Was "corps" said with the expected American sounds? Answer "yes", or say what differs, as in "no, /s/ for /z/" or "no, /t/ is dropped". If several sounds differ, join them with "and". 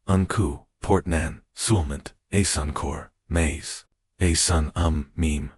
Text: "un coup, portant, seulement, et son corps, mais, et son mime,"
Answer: yes